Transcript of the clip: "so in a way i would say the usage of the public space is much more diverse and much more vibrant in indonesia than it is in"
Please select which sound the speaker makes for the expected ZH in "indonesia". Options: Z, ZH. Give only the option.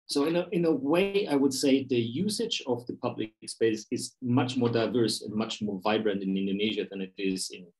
ZH